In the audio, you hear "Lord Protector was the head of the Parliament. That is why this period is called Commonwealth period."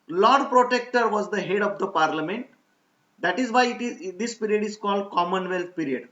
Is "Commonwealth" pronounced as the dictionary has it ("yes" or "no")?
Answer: no